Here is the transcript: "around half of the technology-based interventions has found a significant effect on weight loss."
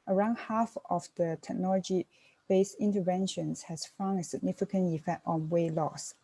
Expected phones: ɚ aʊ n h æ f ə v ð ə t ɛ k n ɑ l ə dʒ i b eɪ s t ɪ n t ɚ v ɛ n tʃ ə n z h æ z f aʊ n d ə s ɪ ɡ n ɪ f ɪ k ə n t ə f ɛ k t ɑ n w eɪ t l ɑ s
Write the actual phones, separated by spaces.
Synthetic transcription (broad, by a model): ɚ aʊ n h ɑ f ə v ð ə t ɛ k n ɑ l ə dʒ i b eɪ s ɪ n t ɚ v ɛ n ʃ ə n s h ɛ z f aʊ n ə s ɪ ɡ n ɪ f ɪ k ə n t ə f ɛ k t ɑ n w eɪ l ɑ s